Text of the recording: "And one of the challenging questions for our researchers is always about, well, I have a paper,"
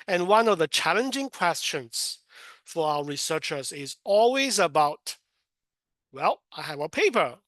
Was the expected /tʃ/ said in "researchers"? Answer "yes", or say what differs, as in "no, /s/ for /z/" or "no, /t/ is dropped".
yes